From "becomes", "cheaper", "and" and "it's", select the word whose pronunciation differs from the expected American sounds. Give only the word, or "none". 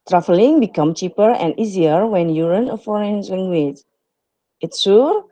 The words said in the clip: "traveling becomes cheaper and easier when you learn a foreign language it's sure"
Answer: becomes